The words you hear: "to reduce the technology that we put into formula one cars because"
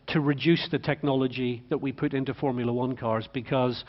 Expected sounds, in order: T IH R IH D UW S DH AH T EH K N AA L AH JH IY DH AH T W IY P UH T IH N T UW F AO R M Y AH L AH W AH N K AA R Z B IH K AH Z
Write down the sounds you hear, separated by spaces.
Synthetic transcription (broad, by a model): T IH R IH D UW S DH AH T EH K N AA L AH JH IY DH AH T W IY P UH T IH N T UW F AO R M Y AH L AH W AH N K AA R Z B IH K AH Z